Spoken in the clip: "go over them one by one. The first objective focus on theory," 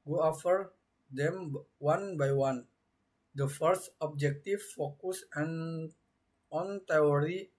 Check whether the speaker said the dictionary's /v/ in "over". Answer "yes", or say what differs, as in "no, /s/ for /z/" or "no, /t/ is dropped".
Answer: no, /f/ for /v/